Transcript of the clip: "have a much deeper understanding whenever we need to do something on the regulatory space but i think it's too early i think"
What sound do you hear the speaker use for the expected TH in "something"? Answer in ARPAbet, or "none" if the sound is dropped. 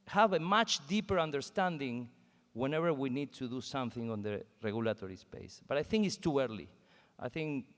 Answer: TH